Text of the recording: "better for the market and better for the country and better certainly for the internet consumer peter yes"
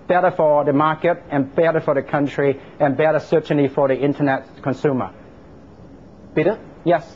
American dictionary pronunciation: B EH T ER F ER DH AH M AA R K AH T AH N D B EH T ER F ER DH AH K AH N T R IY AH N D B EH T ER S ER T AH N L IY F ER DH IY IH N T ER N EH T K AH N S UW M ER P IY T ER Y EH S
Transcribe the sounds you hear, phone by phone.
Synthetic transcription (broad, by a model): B EH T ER F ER DH AH M AA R K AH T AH N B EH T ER F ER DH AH K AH N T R IY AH N B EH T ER S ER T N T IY F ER DH IY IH N T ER N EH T K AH N S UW M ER B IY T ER Y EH S